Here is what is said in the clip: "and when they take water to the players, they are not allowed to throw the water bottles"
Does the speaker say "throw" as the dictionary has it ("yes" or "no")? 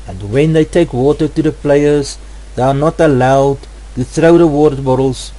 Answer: yes